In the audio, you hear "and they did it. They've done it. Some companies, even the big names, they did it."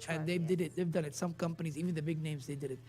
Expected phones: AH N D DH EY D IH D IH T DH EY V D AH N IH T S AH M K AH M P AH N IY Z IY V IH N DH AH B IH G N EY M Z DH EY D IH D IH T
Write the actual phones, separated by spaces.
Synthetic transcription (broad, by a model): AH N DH EY D IH D IH T DH EY V D AH N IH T S AH M K AH M P AH N IY Z IY V IH N DH AH B IH G N EY M Z DH EY D IH D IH T